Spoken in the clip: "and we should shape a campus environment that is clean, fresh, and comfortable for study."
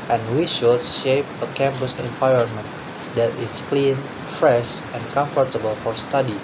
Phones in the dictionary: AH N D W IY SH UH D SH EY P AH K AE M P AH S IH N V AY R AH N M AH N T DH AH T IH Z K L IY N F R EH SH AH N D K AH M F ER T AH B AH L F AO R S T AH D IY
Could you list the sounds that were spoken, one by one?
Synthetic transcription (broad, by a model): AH N W IY SH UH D SH EY P AH K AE M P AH S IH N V AY R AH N M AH N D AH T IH S K L IY N F R EH SH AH N K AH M F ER T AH B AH L F AO R S T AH D IY